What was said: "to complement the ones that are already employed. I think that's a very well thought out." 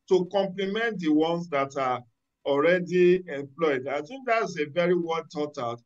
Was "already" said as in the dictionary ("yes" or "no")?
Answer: yes